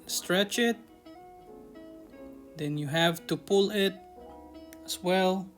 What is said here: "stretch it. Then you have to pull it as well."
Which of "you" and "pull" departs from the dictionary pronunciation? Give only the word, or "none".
none